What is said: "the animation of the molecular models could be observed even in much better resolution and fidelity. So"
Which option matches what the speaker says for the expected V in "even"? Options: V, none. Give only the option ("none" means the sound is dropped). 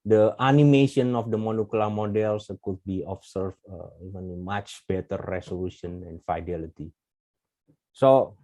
none